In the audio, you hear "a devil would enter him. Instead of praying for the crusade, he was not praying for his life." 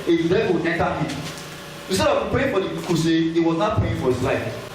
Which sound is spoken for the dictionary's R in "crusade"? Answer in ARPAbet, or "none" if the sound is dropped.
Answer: none